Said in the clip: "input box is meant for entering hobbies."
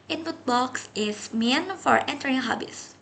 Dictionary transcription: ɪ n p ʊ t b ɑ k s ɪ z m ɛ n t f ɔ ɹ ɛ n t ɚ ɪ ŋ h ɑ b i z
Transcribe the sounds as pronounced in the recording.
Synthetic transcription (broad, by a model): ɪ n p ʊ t b ɑ k s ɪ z m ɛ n f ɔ ɹ ɛ n t ɚ ɪ ŋ h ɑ b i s